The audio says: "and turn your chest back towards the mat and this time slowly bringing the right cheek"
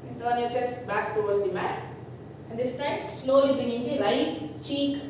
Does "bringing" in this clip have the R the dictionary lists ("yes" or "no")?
no